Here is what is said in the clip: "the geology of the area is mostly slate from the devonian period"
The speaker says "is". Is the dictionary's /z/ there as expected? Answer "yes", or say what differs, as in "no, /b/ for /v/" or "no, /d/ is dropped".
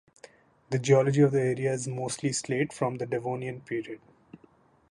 yes